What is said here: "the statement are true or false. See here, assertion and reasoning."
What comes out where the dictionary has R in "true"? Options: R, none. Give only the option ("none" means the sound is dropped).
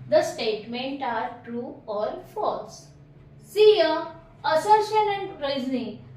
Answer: R